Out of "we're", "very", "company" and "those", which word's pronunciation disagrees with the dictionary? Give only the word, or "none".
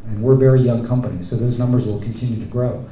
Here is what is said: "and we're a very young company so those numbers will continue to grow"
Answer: none